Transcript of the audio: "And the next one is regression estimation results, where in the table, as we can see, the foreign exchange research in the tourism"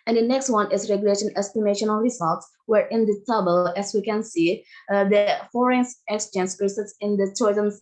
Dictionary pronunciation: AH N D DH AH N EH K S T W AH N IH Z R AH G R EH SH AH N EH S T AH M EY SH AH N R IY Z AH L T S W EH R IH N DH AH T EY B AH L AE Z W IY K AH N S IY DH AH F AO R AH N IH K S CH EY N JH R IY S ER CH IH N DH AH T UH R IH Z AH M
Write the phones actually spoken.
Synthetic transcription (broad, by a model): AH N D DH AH N EH K S T W AH N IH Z R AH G L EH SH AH N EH S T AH M EY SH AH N R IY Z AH L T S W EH R IH N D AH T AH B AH L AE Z W IY K AH N S IY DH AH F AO R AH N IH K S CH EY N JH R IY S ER S IH N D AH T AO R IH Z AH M